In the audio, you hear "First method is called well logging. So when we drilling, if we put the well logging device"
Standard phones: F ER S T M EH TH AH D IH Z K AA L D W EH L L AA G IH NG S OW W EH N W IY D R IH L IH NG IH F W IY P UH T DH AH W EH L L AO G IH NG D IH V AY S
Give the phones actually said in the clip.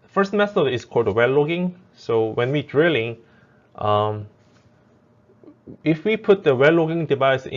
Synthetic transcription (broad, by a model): F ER S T M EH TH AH IH S K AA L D W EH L L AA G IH NG S OW W EH N W IY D R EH L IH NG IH F W IY P UH T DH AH W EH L L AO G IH NG D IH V AY S